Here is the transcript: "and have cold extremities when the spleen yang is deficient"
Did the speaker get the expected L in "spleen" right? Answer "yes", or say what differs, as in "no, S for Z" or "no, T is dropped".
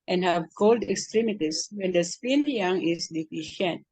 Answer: no, L is dropped